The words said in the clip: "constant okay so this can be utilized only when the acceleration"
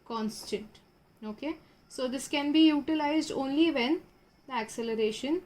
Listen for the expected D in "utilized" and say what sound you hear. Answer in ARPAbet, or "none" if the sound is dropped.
D